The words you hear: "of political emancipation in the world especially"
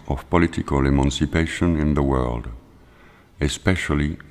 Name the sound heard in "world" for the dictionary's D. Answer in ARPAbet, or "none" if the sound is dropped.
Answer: D